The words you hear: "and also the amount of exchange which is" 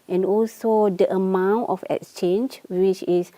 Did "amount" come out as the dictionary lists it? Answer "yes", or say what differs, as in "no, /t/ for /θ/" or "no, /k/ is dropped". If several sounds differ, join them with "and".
yes